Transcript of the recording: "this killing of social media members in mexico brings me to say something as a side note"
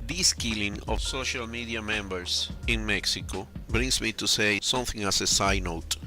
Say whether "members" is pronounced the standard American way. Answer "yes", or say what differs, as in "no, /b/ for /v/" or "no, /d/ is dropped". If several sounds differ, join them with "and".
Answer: no, /s/ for /z/